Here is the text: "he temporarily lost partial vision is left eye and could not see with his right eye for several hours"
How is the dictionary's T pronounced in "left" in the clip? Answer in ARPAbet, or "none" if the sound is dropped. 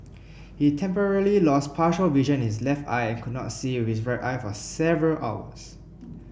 T